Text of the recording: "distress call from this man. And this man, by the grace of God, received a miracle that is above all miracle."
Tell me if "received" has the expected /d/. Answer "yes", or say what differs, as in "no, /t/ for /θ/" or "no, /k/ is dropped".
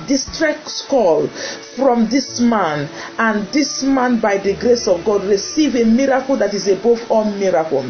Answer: no, /d/ is dropped